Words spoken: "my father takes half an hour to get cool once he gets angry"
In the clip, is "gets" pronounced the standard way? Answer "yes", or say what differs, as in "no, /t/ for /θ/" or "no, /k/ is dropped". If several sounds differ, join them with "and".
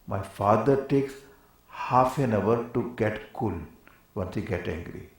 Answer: no, /s/ is dropped